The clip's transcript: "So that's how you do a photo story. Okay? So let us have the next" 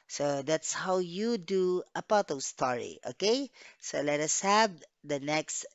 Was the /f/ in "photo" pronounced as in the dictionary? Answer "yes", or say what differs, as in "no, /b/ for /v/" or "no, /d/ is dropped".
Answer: no, /p/ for /f/